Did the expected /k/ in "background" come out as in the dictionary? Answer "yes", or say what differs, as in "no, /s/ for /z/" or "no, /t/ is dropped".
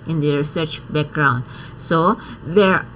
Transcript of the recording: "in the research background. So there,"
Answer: yes